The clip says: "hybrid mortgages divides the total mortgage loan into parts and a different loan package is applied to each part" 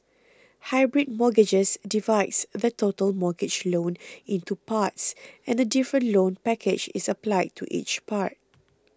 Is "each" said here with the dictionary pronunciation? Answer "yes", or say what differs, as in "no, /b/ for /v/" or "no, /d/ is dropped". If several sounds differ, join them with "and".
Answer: yes